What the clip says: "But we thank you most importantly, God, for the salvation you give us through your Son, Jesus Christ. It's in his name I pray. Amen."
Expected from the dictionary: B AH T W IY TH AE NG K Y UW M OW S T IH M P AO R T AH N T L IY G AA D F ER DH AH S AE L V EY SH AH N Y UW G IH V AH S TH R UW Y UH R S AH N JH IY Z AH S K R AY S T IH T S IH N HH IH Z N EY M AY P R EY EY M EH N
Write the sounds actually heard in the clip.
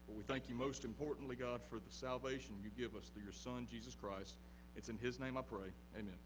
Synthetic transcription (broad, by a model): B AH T W IY TH AE NG K Y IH M OW S T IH M P AO R T N T L IY G AA D F ER DH AH S AE L V EY SH AH N Y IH G IH V AH S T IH Y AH R S AH N JH IY Z AH S K R AY S T IH T S IH N IH Z N EY M AY P R EY EY M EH N